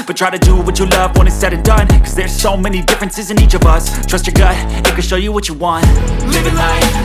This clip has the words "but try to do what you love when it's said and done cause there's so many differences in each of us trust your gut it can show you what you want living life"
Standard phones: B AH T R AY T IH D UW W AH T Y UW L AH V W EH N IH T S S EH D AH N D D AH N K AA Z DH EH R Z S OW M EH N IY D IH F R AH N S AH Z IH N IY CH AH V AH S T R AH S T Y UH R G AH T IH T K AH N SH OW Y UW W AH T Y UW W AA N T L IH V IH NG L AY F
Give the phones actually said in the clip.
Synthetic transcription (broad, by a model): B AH T R AY T IH D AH W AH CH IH L AH V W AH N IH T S S EH D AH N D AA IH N K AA Z DH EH R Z S OW M EH N IY D IH F R AH N S AH Z IH N IY CH AH V AH S T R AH S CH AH R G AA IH IH T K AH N SH OW Y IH W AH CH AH W AA N T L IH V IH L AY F